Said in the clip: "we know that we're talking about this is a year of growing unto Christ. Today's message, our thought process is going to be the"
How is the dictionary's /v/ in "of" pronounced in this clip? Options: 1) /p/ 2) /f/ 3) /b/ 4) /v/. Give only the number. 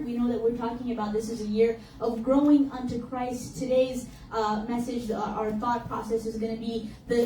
4